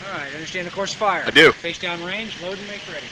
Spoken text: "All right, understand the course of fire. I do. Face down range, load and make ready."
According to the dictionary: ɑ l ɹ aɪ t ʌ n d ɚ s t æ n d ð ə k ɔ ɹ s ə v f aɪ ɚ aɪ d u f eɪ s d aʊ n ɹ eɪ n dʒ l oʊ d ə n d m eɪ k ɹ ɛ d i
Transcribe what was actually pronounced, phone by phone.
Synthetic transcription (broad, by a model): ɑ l ɹ aɪ t ʌ n d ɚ s t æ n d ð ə k ɔ ɹ s f aɪ ɚ aɪ d u f eɪ s d aʊ n ɹ eɪ n dʒ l oʊ ə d m eɪ k ɹ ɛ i